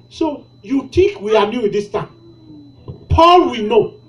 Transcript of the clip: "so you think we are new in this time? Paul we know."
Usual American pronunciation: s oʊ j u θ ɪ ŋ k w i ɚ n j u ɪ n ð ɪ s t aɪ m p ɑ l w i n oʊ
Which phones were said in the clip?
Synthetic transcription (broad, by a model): s oʊ j u t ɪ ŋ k w i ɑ n j u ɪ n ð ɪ s t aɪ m p ɑ l w i n oʊ